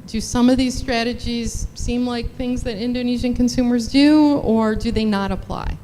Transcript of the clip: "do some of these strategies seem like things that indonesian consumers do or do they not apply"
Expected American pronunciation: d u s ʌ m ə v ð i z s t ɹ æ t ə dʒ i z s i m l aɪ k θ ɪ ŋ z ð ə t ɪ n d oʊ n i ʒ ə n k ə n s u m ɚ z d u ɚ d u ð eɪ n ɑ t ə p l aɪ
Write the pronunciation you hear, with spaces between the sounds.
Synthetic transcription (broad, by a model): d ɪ s ʌ m ə v ð i z s t ɹ æ t ə dʒ i z s i m l aɪ k θ ɪ ŋ z ð ə t ɪ n d oʊ n i ʒ ə n k ə n s u m ɚ z d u ɚ d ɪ ð eɪ n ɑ t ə p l aɪ